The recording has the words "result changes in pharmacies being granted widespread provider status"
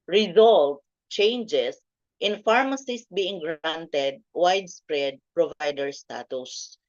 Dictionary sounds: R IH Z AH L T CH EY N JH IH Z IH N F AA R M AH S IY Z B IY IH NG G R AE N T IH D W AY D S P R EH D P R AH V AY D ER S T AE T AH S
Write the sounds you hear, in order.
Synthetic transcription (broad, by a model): R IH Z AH L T CH EY N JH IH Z IH N F AA R M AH S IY S B IY IH NG G R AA N T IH D W AY D S P R EH D P R AH V AY D ER S T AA T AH S